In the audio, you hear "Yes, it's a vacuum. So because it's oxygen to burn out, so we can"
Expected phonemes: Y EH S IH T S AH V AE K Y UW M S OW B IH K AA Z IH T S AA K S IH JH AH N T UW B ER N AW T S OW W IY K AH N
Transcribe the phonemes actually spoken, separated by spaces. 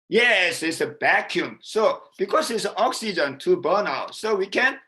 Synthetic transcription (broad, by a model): Y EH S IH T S AH B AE K Y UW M S OW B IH K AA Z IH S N AA K S IH JH AH N T UW B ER N AW T S OW W IY K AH N